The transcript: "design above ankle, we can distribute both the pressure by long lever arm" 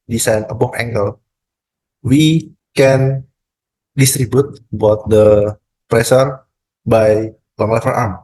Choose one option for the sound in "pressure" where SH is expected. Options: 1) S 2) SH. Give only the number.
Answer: 1